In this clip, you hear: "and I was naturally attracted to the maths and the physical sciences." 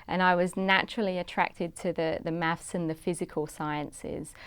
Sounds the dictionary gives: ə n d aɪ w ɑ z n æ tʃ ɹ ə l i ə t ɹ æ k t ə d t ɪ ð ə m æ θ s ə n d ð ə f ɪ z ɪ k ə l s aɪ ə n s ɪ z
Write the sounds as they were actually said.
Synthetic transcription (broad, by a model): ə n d aɪ w ɑ z n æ tʃ ɹ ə l i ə t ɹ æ k t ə d t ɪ ð ə m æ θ s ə n ð ə f ɪ z ɪ k ə l s aɪ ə n s ɪ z